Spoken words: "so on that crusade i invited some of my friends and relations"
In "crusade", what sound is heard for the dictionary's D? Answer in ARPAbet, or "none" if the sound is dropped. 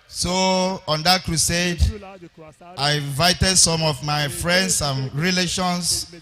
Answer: D